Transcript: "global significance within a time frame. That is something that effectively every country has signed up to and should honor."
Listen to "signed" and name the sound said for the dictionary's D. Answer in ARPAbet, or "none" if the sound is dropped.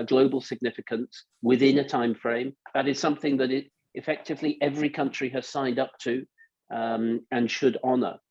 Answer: D